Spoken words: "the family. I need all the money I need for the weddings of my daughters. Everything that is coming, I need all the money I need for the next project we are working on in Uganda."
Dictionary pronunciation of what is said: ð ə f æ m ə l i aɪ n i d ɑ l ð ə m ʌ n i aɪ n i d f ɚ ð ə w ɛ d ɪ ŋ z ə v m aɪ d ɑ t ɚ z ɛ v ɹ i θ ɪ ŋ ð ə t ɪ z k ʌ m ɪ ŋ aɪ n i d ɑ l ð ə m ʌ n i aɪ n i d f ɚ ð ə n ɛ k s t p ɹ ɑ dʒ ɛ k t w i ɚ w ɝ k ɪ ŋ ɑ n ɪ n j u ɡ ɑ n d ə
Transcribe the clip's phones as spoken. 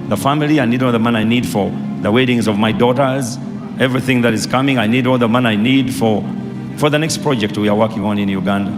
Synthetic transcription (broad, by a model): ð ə f æ m ə l i aɪ n i d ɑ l ð ə m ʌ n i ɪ n i d f ɚ ð ə w ɛ d ɪ ŋ z ə v m aɪ d ɑ t ɚ z ɛ v ɹ i θ ɪ ŋ ð ə t ɪ z k ʌ m ɪ ŋ aɪ n i d ɑ l ð ə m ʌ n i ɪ n i d f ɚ ð ə n ɛ k s t p ɹ ɑ dʒ ɛ k t w i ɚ w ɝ k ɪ ŋ ɑ n ɪ n j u ɡ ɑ n d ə